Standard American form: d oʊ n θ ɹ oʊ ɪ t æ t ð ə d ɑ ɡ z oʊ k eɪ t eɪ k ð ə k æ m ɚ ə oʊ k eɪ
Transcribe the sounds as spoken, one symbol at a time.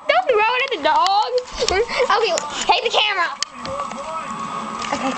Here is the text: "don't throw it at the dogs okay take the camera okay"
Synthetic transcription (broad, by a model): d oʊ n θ ɹ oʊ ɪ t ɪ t ð ə d ɑ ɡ oʊ k eɪ t eɪ k ð ə k æ m ɚ ə oʊ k eɪ